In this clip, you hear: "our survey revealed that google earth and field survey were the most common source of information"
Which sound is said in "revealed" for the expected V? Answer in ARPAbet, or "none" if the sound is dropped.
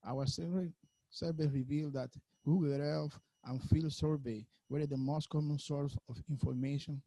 V